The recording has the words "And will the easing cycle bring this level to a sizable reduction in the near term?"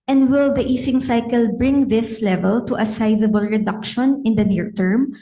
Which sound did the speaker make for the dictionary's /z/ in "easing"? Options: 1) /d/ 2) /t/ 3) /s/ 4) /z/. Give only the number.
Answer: 3